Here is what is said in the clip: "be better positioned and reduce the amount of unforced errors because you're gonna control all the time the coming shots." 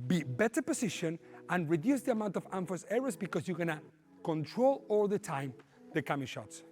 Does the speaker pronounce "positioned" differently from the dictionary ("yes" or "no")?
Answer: yes